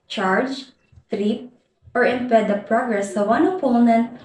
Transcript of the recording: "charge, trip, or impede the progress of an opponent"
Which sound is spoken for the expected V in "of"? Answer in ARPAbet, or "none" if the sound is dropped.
W